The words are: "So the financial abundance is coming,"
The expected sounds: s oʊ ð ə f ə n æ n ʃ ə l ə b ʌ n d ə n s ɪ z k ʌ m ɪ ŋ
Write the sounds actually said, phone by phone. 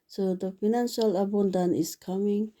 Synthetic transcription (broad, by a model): s oʊ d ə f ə n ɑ n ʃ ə l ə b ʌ n d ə n ɪ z k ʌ m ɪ ŋ